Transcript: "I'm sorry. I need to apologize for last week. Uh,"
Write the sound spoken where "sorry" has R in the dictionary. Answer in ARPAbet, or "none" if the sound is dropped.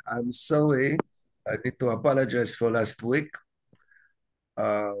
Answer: W